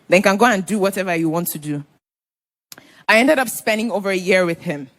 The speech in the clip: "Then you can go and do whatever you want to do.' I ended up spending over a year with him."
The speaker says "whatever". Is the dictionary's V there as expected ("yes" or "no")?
yes